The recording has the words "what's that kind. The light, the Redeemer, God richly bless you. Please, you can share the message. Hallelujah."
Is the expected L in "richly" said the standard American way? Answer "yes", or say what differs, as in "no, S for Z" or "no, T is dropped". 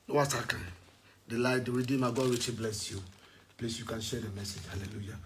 no, L is dropped